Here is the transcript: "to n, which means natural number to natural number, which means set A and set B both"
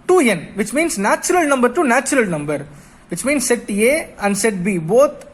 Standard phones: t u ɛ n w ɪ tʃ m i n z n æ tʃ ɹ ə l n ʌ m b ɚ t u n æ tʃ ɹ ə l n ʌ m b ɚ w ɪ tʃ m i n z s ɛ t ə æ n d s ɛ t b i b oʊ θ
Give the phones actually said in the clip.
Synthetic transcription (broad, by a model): t u ɛ n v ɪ tʃ m i n s n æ tʃ ɹ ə l n ʌ m b ɚ t u n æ tʃ ɹ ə l n ʌ m b ɚ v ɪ tʃ m i n s ɛ t ə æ n d s ɛ t b i b oʊ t